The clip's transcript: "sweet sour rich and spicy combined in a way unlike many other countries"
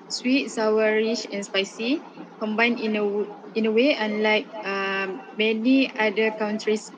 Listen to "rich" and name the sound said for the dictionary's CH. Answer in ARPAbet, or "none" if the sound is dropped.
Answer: SH